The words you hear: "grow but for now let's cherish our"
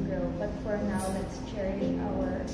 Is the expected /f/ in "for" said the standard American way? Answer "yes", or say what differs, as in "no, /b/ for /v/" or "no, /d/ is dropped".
yes